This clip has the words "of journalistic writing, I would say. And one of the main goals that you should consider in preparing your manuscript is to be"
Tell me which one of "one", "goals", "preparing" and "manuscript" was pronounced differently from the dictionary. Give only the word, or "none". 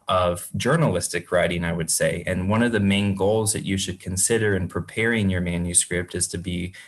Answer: none